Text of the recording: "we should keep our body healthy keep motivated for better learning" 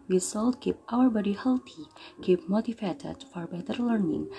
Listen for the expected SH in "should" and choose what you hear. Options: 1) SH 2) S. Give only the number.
2